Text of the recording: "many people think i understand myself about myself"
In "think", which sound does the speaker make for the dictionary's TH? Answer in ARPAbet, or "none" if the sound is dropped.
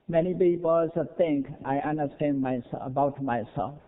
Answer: T